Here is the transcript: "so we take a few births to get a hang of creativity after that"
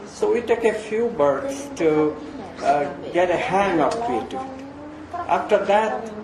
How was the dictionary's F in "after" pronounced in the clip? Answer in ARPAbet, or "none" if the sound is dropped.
F